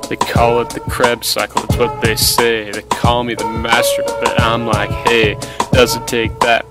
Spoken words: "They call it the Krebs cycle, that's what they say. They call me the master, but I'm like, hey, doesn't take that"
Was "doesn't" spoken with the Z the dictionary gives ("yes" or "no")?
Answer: yes